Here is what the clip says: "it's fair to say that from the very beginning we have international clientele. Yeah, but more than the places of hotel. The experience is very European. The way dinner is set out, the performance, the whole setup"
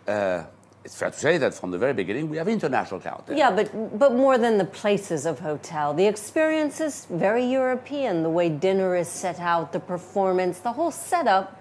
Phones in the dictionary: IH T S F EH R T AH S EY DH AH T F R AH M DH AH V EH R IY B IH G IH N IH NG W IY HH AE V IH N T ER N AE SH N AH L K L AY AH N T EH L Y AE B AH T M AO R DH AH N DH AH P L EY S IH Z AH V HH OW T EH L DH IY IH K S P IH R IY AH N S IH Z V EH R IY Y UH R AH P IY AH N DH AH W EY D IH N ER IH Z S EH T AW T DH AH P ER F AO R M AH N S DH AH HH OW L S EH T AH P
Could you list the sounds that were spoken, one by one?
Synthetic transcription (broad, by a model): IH T S F EH R T AH S EY DH AH T F R AH M DH AH V EH R IY B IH G IH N IH NG W IY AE V IH N T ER N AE SH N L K AY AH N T Y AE B AH T M AO R DH AH N DH AH P L EY S IH Z AH V HH OW T EH L DH IY IH K S P IH R IY AH N S IH Z V EH R IY Y UH R AH P IY AH N DH AH W EY D IH N ER IH Z S EH T AW T DH AH P ER F AO R M AH N S DH AH HH OW L S EH T AH P